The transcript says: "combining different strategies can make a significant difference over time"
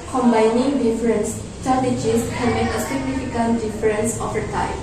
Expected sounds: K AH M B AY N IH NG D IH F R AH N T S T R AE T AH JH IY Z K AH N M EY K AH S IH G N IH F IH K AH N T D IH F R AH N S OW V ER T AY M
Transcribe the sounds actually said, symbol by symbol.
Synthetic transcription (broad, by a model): K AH M B AY N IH NG D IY F R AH N S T AA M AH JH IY S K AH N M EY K AH S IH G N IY F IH K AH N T D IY F R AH N S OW F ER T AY